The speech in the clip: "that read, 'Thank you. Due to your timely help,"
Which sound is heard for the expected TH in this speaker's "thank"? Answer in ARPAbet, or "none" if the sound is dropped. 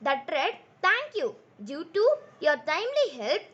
T